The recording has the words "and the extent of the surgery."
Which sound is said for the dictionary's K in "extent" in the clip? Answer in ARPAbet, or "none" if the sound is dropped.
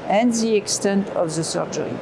K